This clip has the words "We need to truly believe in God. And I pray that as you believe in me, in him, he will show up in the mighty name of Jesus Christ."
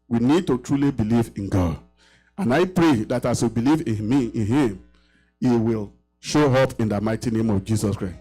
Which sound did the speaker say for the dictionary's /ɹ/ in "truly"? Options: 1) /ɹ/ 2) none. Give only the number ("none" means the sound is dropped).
1